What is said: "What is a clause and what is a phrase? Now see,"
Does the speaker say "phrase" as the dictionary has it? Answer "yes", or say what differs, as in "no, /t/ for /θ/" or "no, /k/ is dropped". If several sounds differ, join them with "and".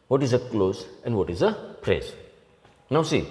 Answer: no, /p/ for /f/